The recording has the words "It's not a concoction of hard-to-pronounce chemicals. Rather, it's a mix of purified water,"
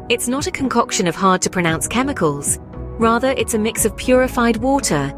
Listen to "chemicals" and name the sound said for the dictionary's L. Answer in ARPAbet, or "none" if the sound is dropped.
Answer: L